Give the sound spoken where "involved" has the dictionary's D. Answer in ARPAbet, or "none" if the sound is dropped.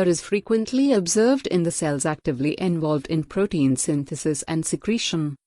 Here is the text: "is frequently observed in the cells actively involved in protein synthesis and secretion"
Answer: D